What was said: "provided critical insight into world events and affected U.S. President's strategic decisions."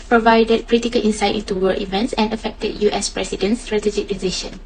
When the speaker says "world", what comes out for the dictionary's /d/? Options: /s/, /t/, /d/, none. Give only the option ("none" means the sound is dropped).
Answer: none